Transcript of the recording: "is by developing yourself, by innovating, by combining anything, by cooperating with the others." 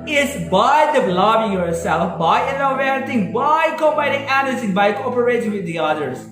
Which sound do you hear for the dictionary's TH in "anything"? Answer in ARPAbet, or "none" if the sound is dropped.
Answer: S